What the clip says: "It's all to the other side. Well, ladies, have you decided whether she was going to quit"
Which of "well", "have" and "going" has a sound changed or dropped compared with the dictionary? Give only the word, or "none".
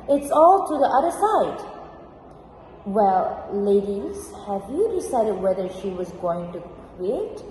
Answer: none